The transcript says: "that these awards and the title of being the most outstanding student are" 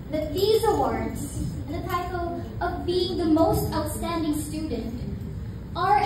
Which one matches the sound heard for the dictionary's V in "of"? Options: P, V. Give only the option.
V